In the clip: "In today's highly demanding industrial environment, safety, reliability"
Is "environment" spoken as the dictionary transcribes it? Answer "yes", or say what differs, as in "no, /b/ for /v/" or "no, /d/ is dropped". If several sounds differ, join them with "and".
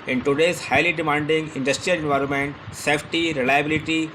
yes